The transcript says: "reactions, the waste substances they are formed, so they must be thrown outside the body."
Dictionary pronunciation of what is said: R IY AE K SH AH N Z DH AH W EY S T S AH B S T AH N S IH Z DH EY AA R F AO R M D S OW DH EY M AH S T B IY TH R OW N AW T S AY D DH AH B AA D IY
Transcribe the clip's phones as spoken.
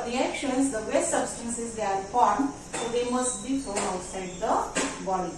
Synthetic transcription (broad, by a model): R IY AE K SH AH N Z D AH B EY S T S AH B S T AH N S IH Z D EY AA R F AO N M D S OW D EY M AH S T B IY F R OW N AW T S AY D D AH B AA D IY